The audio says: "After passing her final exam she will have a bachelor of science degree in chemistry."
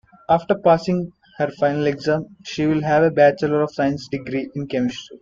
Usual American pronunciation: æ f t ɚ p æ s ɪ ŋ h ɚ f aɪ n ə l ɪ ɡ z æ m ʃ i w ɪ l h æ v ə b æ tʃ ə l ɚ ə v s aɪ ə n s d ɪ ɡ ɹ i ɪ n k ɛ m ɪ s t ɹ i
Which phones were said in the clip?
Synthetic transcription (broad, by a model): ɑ f t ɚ p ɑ s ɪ ŋ h ɚ f aɪ n ə l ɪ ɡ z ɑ m ʃ i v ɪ l h æ v ə b æ tʃ ə l ɚ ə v s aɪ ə n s d ɪ ɡ ɹ i ɪ n k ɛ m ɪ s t i